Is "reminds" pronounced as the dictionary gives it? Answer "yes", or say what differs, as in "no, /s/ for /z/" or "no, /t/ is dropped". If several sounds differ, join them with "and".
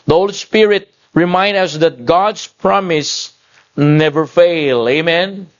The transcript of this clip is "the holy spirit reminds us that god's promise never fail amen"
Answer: no, /z/ is dropped